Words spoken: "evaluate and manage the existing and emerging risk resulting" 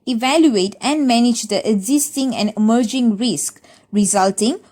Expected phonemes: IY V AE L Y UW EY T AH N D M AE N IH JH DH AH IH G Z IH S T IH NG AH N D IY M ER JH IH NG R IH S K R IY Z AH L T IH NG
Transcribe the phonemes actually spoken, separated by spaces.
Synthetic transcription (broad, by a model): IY V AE L Y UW EY T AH N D M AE N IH JH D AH IH G Z IH S T IH NG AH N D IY M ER JH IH NG R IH S K R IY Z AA L T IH NG